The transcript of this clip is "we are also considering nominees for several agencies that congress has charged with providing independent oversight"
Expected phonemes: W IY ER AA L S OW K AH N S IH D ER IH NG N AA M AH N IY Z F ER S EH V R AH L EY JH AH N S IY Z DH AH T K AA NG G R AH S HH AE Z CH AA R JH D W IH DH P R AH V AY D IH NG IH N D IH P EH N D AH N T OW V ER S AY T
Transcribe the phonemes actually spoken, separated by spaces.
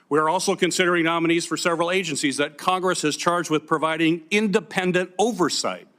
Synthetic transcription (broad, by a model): W IY ER AA L S OW K AH N S IH D ER IH NG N AA M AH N IY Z F ER S EH V R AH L EY JH AH N S IY Z DH AH T K AA NG G R AH S HH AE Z CH AA R JH D W IH DH P R AH V AY D IH NG IH N D IH P EH N D AH N T OW V ER S AY T